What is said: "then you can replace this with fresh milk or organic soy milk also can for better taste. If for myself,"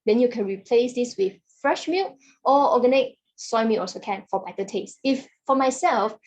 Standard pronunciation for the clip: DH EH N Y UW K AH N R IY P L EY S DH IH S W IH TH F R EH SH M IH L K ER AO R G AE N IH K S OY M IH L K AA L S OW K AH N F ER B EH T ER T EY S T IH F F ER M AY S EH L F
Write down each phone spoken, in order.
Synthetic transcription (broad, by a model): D EH N Y UW K AH N R IY P L EY S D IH S W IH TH F R EH SH M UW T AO AO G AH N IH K S OY M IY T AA S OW K AH N F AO B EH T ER T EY S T IH F F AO M AY S EH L F